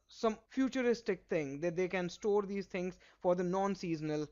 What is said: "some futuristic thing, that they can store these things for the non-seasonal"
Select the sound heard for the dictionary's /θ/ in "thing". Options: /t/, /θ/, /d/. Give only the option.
/t/